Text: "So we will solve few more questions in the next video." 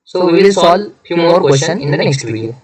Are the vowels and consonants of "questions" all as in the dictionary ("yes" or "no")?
no